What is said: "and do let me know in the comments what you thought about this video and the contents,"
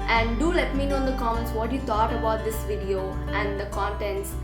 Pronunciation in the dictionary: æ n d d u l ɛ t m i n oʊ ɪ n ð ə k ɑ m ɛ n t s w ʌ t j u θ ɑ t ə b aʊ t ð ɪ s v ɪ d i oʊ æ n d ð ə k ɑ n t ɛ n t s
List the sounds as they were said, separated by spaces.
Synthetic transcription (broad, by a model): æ n d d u l ɛ t m i n oʊ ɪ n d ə k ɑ ɛ n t s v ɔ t j u t ɑ t ə b aʊ t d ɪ s v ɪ d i oʊ æ n d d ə k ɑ n t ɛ n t s